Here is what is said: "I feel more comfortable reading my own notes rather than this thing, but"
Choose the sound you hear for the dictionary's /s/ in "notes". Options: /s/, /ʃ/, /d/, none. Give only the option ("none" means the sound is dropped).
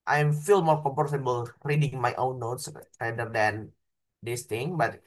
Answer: /s/